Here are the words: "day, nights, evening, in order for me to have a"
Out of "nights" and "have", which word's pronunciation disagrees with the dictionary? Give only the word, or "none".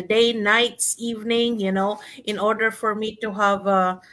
none